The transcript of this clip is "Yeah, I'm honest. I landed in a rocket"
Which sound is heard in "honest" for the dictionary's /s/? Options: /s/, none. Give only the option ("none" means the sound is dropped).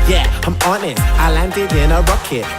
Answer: none